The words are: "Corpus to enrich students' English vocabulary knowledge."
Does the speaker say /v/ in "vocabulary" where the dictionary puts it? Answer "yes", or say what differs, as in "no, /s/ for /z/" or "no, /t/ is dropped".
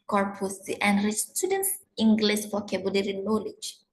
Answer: no, /f/ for /v/